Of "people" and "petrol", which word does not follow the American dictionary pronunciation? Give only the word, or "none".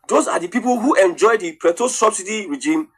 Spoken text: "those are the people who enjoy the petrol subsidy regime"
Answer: petrol